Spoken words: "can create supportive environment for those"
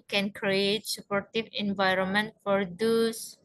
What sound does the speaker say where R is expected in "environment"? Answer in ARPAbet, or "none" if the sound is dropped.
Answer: R